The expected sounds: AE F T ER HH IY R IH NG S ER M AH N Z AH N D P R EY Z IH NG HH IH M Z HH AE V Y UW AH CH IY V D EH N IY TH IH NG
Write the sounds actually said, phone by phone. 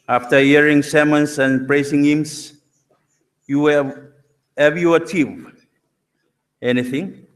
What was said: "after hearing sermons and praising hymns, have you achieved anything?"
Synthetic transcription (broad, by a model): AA F T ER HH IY R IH NG S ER M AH N S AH N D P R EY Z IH NG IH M S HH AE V Y UW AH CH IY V EH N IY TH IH NG